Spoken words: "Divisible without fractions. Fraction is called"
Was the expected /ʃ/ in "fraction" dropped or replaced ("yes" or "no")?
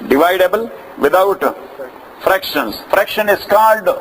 no